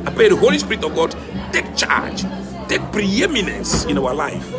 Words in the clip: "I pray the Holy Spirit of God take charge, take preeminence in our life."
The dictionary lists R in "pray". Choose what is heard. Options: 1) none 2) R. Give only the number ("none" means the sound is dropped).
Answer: 1